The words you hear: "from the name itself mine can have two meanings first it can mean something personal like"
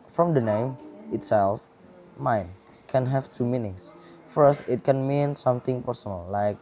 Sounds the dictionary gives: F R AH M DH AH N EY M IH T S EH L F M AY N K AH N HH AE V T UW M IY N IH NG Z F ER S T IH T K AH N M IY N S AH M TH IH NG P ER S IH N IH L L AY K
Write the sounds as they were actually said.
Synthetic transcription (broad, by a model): F R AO M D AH N EY M IH T S EH L F M AY N K AH N HH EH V T UW M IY N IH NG S F ER S T IH T K AH N M IY N S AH M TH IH NG P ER S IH N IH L L AY K